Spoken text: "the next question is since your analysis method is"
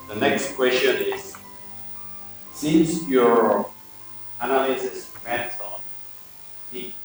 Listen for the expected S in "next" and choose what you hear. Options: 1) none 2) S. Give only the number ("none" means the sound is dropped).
2